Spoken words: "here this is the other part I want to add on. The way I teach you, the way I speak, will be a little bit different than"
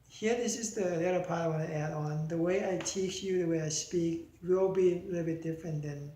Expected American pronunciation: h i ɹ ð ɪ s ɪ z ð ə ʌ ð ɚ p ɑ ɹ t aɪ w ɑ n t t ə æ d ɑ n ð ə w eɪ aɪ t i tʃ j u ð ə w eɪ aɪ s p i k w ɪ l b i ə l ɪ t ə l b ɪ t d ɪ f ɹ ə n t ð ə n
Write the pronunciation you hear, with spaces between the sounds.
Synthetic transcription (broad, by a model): h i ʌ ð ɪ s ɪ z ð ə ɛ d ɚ p ɑ ɹ t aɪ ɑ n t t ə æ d ɑ n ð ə w eɪ aɪ t i tʃ j u ð ə w eɪ aɪ s p i k w ɪ l b i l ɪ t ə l b ɪ t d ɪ f ɹ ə n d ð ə n